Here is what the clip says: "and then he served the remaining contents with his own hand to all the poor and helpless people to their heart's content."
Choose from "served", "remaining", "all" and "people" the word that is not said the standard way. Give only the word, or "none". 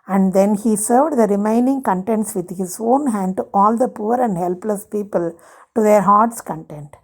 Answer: none